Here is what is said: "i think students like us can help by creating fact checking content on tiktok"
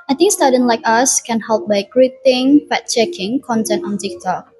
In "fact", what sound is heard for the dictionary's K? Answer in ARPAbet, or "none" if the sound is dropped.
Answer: none